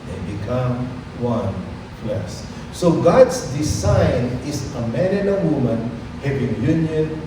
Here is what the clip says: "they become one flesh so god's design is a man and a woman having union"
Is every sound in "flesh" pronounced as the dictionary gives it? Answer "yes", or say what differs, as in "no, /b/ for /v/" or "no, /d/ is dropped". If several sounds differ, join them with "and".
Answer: no, /s/ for /ʃ/